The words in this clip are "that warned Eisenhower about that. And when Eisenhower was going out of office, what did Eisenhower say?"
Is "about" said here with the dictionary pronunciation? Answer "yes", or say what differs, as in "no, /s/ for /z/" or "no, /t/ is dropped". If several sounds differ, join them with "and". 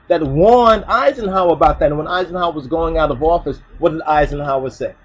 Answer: yes